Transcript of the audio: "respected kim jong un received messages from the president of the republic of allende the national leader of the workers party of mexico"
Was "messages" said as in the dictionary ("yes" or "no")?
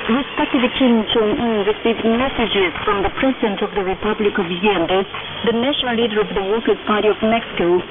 yes